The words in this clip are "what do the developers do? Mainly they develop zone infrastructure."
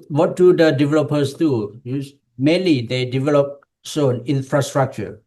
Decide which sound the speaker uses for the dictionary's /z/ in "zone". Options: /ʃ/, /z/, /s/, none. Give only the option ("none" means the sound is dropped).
/s/